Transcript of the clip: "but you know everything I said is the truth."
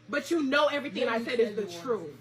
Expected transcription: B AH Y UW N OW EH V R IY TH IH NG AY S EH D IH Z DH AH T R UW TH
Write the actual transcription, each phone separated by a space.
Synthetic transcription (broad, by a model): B AH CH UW N OW EH V R IY TH IH NG AY S EH D IH Z DH AH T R UW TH